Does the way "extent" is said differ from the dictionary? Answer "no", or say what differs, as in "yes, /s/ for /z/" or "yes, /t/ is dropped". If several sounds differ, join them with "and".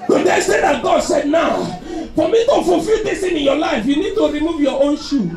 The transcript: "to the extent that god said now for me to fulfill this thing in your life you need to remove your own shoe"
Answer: yes, /k/ is dropped